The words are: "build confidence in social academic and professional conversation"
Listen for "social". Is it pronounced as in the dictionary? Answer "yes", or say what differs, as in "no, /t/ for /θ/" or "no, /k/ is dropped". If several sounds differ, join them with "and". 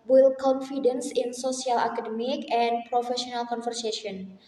no, /s/ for /ʃ/